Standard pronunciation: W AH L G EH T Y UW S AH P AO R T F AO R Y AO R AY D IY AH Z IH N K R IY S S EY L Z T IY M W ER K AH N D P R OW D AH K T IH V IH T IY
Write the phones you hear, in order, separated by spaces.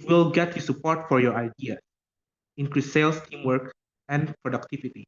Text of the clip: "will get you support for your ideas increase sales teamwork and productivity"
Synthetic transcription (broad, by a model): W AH L G EH T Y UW S AH P AO R T F AO R Y AO R AY D IY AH S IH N K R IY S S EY L S T IY M W ER K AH N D P R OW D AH K T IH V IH T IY